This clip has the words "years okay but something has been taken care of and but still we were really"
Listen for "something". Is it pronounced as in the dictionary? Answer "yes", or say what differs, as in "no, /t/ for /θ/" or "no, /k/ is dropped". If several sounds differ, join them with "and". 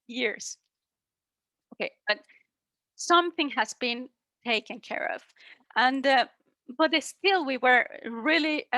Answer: yes